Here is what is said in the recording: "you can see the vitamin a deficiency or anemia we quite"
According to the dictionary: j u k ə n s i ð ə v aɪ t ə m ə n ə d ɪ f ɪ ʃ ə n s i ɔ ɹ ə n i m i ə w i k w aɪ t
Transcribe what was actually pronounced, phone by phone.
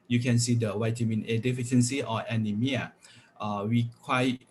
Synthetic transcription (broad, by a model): j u k ə n s i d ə w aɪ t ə m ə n ə d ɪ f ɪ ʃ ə n s i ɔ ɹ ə n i m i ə w i k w aɪ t